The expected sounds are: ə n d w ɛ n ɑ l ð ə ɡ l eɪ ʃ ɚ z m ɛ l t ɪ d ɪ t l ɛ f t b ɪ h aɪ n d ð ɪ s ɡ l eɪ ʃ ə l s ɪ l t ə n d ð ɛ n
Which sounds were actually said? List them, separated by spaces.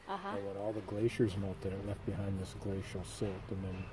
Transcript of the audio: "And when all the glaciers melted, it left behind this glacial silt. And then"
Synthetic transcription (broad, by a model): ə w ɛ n ɑ l ð ə ɡ l eɪ ʃ ɚ z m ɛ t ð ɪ d ɪ t l ɛ f t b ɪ h aɪ n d ð ɪ s ɡ l eɪ ʃ ə l s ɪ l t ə n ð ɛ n